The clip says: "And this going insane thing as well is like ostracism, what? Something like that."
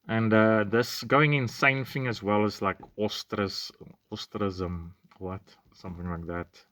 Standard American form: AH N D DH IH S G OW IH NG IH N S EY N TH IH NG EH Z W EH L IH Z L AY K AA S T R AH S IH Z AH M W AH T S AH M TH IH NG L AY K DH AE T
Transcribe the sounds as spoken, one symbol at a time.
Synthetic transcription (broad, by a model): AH N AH DH IH S G OW IH NG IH N S EY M TH IH NG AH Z W EH L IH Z L AY K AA S T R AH S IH Z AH M W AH T S AH M TH IH NG L AY K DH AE T